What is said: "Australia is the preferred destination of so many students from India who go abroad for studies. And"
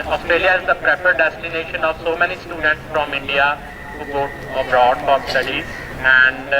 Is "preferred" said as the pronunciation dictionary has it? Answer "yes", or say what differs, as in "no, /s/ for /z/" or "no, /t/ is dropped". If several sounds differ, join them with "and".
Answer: no, /p/ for /f/